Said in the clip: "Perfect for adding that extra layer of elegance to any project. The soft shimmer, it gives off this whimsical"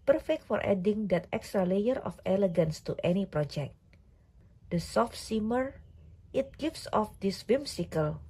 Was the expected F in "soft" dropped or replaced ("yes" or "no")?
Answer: no